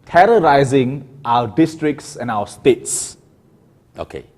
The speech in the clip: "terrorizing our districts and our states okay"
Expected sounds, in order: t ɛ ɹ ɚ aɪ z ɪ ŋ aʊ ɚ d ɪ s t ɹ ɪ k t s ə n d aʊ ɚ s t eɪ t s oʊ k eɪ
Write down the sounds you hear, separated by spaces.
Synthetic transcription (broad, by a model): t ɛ ɹ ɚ aɪ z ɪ ŋ aʊ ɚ d ɪ s t ɹ ɪ k t s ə n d aʊ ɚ s t eɪ t s oʊ k eɪ